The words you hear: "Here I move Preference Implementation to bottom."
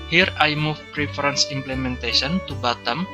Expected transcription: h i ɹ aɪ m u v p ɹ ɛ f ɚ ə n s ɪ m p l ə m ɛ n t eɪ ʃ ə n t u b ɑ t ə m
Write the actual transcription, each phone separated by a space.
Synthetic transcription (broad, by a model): h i ɹ aɪ m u f p ɹ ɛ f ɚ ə n s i m p l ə m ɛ n t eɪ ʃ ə n t u b ɑ t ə m